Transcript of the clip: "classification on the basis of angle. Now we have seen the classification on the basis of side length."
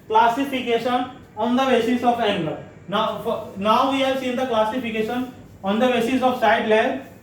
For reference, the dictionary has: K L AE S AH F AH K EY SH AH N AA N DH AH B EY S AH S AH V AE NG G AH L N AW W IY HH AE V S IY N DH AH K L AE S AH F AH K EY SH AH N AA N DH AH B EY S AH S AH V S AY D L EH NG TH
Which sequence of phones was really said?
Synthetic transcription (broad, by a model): K L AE S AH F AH K EY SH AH N AA N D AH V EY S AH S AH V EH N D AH N N AW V IY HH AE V S IY N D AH K L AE S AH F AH K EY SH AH N AA N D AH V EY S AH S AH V S AY D L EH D